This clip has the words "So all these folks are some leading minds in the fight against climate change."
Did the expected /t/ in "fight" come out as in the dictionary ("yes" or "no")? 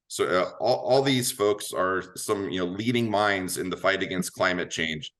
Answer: yes